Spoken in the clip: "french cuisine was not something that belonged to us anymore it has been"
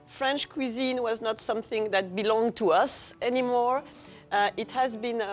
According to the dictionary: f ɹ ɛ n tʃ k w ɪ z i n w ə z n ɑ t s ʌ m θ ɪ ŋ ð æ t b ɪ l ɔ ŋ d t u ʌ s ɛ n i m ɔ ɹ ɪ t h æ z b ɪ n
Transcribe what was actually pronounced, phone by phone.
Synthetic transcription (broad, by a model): f ɹ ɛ n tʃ k w ɪ z i n w ə z n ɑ t s ʌ m θ ɪ ŋ ð æ t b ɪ l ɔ ŋ t u ʌ s ɛ n i m ɔ ɹ ɪ t h æ z b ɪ n